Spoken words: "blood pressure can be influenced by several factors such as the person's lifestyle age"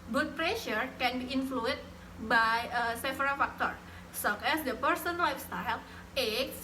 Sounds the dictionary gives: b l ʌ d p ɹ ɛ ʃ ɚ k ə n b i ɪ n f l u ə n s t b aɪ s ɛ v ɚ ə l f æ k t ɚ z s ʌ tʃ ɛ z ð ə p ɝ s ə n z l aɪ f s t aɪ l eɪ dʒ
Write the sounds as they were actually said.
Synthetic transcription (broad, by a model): b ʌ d p ɹ ɛ ʃ ɚ k ə n b i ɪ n f l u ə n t b aɪ s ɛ f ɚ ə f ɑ k t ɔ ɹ s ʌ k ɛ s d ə p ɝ s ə n l aɪ f s t aɪ l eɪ